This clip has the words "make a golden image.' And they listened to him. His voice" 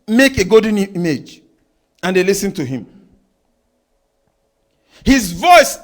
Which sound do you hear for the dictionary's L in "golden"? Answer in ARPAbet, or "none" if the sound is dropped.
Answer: none